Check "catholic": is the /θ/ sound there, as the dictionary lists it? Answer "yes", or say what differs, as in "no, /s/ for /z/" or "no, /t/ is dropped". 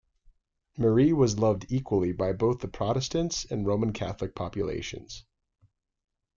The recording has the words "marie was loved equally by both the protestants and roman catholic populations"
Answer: yes